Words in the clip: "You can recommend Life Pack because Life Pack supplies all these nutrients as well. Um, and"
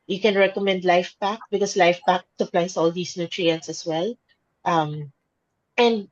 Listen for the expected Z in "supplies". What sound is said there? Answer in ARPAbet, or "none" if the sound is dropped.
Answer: S